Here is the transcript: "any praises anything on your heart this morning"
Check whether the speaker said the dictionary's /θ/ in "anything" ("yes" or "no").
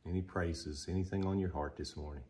yes